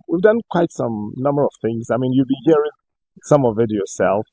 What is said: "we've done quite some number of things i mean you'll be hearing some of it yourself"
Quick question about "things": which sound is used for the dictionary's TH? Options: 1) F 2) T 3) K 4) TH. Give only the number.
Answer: 4